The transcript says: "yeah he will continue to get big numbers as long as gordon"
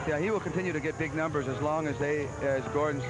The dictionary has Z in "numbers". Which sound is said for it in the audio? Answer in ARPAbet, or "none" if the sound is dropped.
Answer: Z